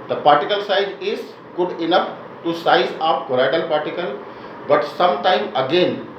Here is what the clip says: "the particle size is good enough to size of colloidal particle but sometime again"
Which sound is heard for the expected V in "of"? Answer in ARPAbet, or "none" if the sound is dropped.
P